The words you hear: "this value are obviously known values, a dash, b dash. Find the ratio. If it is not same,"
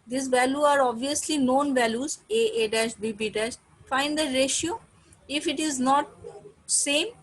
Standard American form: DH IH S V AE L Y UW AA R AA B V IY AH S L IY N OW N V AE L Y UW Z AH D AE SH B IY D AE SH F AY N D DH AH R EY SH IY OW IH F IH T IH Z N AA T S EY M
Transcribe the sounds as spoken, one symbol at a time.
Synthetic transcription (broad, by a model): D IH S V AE L Y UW AA R AA B V IY AH S L IY N OW N V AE L Y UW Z AH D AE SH B IY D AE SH F AY N D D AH R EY SH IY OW IH F IH T IH Z N AA T S EY M